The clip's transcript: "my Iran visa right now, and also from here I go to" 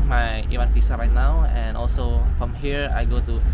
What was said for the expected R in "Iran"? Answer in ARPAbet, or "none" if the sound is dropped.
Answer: W